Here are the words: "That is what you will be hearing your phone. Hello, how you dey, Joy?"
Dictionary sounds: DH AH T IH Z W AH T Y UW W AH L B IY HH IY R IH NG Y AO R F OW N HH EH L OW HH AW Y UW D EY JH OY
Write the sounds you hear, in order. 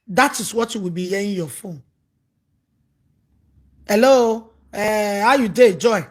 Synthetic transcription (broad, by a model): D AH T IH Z W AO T Y UW W AH L B IY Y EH IH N Y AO F OW N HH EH L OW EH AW Y UW D EY JH OY